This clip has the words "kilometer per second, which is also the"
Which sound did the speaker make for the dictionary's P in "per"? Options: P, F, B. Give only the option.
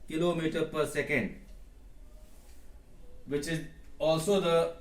P